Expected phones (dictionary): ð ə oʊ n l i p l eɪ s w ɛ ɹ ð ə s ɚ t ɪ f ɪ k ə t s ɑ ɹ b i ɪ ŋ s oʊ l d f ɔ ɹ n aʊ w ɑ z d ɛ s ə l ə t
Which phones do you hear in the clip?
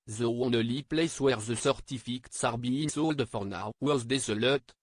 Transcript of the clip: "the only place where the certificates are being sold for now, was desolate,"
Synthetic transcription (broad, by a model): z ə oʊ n l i p l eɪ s w ɛ ɹ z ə s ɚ t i f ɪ k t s ɑ ɹ b i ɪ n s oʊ l d f ɔ ɹ n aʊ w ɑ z d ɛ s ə l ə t